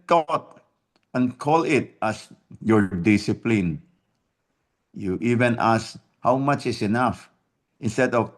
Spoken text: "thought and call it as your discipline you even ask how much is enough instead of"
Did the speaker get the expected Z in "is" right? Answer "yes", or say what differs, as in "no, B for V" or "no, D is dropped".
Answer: no, S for Z